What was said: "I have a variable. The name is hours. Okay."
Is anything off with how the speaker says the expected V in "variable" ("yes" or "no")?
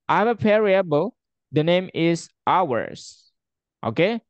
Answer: yes